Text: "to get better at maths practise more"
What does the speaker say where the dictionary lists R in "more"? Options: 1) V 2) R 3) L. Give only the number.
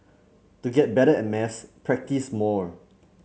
2